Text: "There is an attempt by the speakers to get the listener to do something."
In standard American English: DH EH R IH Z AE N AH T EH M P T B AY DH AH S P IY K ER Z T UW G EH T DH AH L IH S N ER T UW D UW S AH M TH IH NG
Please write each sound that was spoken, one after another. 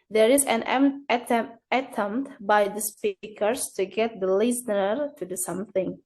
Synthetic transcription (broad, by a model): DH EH R IH Z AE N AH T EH M T B AY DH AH S P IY K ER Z T UW G EH T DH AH L IH S N ER T UW D UW S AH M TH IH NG